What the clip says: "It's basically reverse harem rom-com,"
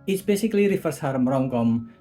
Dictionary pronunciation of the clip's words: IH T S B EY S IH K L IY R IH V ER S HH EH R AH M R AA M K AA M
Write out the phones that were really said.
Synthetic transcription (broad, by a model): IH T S B EY S IH K L IY R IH F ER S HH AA R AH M R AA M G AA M